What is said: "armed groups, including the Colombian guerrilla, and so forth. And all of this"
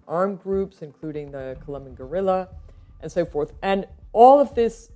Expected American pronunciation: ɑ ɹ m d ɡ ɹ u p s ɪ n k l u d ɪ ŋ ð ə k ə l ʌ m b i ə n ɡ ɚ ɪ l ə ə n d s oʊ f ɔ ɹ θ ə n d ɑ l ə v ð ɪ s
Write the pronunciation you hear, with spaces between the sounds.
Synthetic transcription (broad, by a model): ɑ ɹ m ɡ ɹ u p s ɪ n k l u d ɪ ŋ ð ə k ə l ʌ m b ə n ɡ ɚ ɪ l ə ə n s oʊ f ɔ ɹ θ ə n ɑ l ə v ð ɪ s